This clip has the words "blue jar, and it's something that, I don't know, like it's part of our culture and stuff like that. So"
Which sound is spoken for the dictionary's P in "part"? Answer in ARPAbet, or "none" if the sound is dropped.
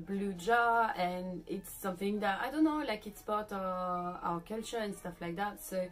B